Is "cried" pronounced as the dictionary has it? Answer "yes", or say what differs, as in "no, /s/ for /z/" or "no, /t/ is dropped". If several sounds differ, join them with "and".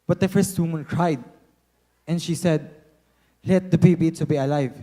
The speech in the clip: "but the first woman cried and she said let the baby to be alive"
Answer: yes